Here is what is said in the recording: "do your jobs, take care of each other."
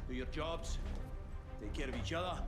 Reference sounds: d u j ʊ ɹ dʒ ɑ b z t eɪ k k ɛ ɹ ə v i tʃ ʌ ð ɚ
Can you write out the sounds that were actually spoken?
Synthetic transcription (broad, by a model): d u j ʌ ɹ dʒ ɑ b z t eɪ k k ɛ ɹ ə v i tʃ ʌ ð ɚ